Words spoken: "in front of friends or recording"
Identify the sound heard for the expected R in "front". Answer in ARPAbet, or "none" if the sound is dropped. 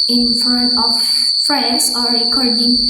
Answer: none